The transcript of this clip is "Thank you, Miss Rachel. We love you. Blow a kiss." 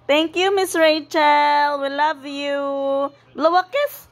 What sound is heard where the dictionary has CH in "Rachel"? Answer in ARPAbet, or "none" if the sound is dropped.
CH